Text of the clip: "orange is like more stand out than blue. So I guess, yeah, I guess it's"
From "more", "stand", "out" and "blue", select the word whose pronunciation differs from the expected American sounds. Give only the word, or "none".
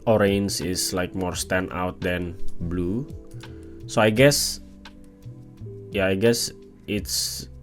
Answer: stand